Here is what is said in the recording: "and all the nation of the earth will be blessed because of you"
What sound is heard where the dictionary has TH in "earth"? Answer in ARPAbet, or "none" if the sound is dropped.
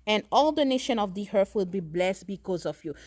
F